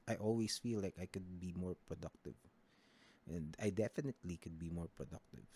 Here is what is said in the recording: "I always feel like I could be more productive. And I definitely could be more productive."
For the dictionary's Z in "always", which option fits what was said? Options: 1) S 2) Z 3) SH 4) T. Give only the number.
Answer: 1